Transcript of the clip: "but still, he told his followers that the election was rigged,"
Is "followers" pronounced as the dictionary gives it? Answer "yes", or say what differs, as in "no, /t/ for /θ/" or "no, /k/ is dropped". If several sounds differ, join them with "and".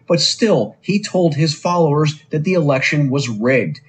yes